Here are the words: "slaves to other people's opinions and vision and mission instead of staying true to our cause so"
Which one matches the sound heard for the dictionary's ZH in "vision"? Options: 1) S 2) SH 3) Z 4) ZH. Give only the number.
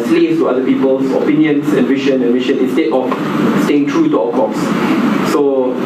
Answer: 2